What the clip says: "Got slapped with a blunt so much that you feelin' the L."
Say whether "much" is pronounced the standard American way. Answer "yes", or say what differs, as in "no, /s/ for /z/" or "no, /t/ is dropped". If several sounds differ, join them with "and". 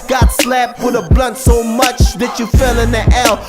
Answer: yes